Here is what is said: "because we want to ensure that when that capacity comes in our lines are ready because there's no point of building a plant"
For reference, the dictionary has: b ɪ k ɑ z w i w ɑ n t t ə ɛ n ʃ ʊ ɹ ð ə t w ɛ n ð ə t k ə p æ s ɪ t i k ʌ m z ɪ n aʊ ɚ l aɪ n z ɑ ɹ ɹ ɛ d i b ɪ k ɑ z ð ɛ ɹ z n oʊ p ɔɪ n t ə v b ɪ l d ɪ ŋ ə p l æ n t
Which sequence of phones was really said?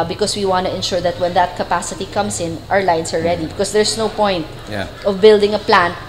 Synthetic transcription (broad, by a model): b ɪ k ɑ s w i w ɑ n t t ə ɛ n ʃ ʊ ɹ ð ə t w ɛ n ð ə t k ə p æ s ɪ t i k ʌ m s ɪ n aʊ ɚ l aɪ n s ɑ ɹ ɹ ɛ d i b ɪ k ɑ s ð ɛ ɹ s n oʊ p ɔɪ n t ə v b ɪ l d ɪ ŋ ə p l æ n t